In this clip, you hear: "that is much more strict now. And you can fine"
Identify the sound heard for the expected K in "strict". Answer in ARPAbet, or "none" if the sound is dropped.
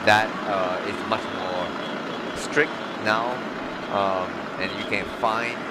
K